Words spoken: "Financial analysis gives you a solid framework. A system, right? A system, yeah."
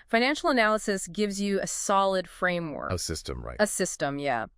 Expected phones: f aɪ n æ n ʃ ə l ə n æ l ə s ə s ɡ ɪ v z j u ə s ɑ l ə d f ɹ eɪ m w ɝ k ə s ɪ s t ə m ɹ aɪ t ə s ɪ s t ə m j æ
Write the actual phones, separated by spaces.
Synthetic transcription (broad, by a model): f aɪ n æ n ʃ l ə n æ l ə s ə s ɡ ɪ v z j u ə s ɑ l ə d f ɹ eɪ m w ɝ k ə s ɪ s t ə m ɹ aɪ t ə s ɪ s t ə m j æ